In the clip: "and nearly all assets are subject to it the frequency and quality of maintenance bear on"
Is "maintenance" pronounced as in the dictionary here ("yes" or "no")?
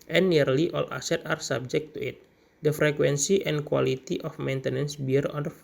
yes